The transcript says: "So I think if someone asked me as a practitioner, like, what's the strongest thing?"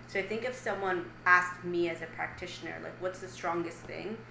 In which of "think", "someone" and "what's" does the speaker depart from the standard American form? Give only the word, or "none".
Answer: none